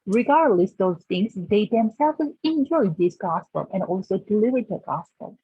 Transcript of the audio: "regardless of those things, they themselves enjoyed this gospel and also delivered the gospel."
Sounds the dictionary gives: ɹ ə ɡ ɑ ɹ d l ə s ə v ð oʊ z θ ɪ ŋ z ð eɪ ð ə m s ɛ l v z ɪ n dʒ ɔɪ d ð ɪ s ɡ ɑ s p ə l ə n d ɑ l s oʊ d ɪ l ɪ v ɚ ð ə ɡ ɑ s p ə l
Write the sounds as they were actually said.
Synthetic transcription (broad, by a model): ɹ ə ɡ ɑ ɹ d l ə s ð oʊ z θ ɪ ŋ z ð eɪ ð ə m s ɛ l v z ɪ n dʒ ɔɪ d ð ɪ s ɡ ɑ s p ə l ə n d ɑ l s oʊ d ɪ l ɪ v ɚ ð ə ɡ ɑ s p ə l